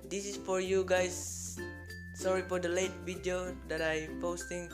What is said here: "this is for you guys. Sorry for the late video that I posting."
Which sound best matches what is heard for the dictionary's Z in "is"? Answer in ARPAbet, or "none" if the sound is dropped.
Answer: S